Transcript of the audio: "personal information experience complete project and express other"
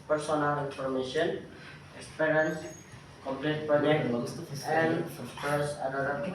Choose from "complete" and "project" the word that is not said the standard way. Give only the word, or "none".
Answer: project